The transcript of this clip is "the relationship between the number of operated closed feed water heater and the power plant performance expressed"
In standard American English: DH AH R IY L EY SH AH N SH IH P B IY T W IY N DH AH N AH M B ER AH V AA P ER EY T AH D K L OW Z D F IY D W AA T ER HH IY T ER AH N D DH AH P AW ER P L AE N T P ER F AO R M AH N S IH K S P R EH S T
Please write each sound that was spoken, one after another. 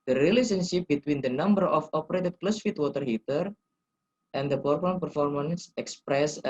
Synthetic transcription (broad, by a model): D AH R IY L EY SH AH N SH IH P B IY T W IY N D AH N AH M B ER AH F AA P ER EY T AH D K L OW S F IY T W AA T ER HH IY T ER AH N D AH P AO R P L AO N P ER F AO R M AH N S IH K S P R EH S